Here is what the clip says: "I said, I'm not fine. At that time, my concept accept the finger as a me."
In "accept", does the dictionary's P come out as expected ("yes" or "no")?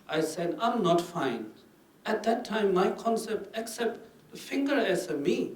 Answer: yes